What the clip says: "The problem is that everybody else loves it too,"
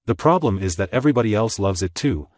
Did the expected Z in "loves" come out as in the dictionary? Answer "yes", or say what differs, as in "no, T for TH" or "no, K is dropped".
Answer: yes